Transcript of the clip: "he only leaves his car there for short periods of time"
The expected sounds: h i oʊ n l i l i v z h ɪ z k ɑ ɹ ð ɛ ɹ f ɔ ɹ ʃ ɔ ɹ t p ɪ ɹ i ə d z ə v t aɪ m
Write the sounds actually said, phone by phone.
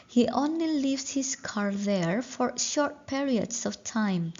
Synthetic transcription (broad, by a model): h i oʊ n l i l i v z h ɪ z k ɑ ɹ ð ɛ ɹ f ɔ ɹ ʃ ɔ ɹ t p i ɹ i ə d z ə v t aɪ m